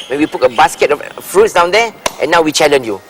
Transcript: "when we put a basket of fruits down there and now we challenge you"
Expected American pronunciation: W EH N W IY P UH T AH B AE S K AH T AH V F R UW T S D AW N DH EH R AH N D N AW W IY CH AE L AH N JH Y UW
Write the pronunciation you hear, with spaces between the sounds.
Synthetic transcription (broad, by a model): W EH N W IY P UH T AH B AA S K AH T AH F F R UW T S D AW N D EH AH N N AW W IY CH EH L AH N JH Y UW